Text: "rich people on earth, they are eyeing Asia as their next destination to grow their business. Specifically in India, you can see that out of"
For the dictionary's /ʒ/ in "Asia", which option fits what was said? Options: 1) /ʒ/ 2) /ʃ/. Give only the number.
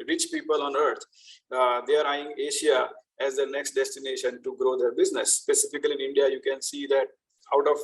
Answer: 2